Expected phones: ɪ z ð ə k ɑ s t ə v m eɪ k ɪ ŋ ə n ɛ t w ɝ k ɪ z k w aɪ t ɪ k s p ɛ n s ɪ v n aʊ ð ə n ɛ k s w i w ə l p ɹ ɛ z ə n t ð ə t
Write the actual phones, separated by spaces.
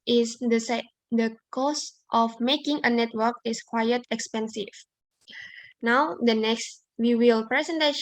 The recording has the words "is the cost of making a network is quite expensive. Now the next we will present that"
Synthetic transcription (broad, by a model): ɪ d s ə k ɑ s t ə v m eɪ k ɪ ŋ ə n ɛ t w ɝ k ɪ s k w aɪ t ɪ k s p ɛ n s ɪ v n aʊ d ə n ɛ k s w i w ə l p ɹ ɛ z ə n t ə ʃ